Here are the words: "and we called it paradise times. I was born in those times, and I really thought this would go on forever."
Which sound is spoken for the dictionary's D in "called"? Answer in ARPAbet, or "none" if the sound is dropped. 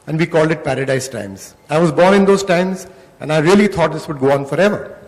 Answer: D